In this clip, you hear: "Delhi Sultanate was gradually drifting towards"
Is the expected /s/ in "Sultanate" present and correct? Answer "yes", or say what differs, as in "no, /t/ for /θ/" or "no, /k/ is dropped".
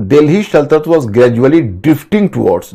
no, /ʃ/ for /s/